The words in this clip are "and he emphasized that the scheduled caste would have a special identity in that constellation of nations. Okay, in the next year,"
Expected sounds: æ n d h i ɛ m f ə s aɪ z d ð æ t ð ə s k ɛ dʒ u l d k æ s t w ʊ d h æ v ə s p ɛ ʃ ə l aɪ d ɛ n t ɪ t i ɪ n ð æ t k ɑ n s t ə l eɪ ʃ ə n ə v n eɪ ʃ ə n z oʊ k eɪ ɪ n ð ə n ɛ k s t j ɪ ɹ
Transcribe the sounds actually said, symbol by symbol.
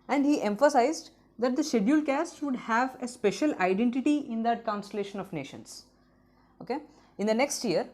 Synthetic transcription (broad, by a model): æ n d h i ɛ m f ə s aɪ z d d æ t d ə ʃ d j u l k æ s t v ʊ d h æ v ə s p ɛ ʃ ə l aɪ d ɛ n t ɪ t i ɪ n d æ t k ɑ n s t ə l eɪ ʃ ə n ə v n eɪ ʃ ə n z oʊ k eɪ ɪ n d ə n ɛ k s t j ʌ ɹ